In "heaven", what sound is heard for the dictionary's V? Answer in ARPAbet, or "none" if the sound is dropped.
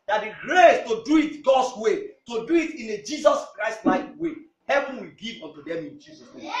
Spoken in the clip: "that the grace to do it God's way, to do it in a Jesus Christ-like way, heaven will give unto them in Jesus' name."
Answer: V